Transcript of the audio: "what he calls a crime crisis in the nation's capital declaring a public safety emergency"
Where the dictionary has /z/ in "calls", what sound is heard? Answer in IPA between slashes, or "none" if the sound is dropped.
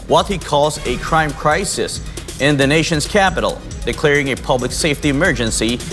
/z/